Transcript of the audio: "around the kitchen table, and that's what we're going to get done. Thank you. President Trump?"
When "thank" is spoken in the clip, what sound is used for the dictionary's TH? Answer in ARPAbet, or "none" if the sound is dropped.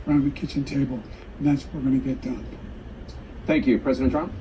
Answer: TH